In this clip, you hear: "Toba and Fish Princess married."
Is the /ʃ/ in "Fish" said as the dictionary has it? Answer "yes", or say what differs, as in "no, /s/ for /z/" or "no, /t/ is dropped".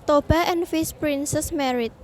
no, /s/ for /ʃ/